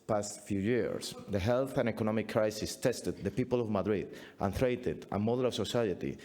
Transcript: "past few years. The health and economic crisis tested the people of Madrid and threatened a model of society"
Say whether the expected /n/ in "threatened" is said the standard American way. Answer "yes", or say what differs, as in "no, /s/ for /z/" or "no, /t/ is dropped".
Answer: no, /n/ is dropped